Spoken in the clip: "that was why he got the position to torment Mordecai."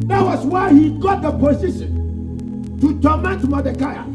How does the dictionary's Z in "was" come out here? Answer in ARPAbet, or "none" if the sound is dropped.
S